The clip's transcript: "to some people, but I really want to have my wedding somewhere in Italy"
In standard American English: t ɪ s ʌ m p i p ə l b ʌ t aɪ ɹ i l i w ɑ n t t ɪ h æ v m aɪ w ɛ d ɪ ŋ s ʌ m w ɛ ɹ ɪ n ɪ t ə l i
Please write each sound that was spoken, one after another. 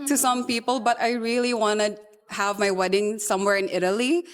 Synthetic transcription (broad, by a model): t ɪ s ʌ m p i p ə l b ʌ t aɪ ɹ i l i w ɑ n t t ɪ h æ v m aɪ w ɛ d ɪ ŋ s ʌ m w ɛ ɹ ɪ n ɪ t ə l i